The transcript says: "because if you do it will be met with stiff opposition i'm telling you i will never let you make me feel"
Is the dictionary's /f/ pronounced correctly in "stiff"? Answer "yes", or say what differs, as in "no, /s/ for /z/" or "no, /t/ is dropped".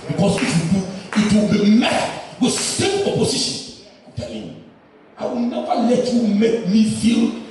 no, /p/ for /f/